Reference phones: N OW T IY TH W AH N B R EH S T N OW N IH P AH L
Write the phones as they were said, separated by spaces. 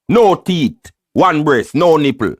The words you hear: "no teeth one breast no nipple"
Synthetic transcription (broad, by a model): N OW T IY T W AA N B R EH S N OW N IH P L